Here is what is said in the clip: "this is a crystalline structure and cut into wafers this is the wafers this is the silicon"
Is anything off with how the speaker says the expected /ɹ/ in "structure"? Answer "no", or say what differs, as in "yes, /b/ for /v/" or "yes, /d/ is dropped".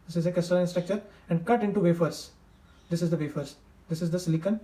no